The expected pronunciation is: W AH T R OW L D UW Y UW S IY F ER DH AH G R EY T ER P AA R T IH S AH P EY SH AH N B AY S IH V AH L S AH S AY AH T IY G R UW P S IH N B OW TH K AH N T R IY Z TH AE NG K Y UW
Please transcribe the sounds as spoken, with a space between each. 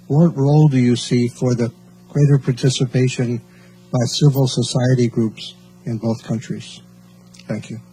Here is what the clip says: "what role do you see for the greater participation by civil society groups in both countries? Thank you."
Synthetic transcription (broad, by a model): W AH T R OW L D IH Y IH S IY F ER DH AH G R EY T ER P AA R T IH S AH P EY SH AH N B AY S IH V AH L S AH S AY AH T IY G R UW P S IH N B OW TH K AH N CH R IY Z TH AE NG K Y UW